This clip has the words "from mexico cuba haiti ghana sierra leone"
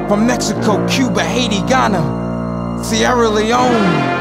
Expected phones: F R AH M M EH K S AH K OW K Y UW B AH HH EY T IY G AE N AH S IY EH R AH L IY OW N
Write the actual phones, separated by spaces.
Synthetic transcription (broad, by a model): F R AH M M EH K S AH K OW K Y UW B AH HH EY T IY G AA N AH S IY EH R AH L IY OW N